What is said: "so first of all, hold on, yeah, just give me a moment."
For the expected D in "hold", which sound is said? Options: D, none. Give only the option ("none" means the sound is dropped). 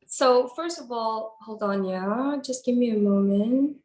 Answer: D